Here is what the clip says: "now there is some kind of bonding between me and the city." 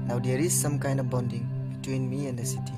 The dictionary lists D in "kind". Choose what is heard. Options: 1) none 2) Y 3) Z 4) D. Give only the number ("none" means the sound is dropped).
1